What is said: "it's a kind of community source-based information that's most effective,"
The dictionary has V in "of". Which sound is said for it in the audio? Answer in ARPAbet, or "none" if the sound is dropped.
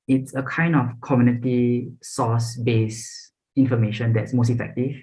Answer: F